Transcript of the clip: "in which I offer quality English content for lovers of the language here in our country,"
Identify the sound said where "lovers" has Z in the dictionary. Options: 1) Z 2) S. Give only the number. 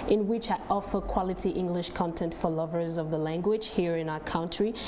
1